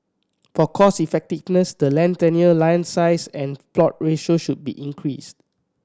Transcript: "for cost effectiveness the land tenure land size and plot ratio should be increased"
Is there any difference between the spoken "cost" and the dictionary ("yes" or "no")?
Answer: yes